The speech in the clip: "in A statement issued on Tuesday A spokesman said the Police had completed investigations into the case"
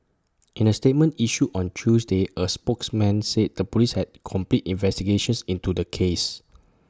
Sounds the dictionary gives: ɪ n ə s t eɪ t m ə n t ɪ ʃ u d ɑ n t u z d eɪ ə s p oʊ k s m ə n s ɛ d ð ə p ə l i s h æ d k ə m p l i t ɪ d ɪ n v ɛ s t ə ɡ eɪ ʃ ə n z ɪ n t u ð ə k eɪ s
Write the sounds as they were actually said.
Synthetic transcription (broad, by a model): ɪ n ə s t eɪ t m ə n t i ʃ u ɑ n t u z d eɪ ə s p oʊ k s m ə n s ɛ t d ə p ə l i s h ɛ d k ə m p l i t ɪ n v ɛ s t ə ɡ eɪ ʃ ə n s ɪ n t u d ə k eɪ s